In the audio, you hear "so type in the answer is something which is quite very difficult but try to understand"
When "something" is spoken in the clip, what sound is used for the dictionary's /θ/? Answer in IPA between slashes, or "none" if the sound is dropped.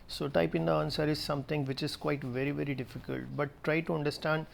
/t/